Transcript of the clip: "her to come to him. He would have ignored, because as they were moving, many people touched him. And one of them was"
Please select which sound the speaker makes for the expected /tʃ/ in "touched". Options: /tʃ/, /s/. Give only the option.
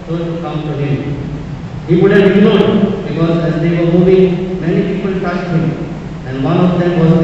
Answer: /s/